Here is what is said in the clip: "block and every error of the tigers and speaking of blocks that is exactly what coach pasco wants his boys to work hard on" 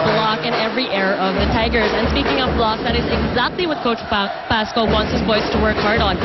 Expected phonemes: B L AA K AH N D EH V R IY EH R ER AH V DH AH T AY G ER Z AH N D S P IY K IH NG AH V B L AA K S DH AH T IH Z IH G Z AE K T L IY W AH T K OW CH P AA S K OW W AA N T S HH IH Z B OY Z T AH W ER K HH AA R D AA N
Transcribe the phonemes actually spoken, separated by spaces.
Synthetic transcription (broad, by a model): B L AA K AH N EH V R IY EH R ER AH V DH AH T AY G ER Z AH N S P IY K IH NG AH V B L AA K DH AH T IH Z IH G Z AE K T L IY W AH T K OW CH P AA S K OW W AA N T S HH IH Z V OY S T AH W ER K HH AA R D N